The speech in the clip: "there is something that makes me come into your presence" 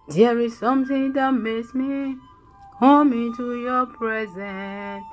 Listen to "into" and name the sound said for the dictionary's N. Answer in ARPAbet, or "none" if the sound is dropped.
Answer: N